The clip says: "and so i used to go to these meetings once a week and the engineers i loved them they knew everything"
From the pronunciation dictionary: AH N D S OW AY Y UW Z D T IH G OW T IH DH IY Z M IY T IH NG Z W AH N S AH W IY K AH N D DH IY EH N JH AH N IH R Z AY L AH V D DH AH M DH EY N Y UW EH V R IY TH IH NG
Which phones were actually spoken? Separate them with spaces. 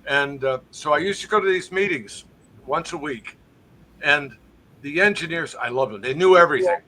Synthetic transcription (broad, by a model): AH N S OW AY Y UW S T IH G OW T IH DH IY Z M IY T IH NG Z W AH N S AH W IY K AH N DH IY EH N JH AH N IH R Z AY L AH V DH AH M DH EY N Y UW EH V R IY TH IH NG